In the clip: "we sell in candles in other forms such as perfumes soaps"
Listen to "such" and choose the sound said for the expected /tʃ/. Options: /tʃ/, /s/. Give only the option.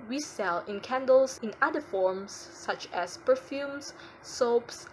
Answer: /tʃ/